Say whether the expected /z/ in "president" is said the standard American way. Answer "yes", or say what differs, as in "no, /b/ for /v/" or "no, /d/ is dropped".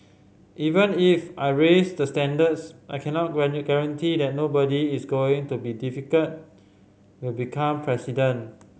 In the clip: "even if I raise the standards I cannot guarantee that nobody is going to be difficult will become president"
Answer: no, /s/ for /z/